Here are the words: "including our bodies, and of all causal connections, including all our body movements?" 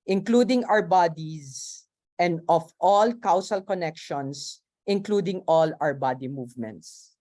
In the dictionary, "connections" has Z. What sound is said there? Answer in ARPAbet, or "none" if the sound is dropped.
S